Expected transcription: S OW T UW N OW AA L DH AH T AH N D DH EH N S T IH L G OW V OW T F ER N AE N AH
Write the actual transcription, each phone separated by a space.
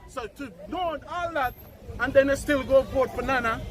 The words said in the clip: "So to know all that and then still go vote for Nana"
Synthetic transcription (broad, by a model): S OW T UW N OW AA L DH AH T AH N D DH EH N S T IH L G OW B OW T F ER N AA N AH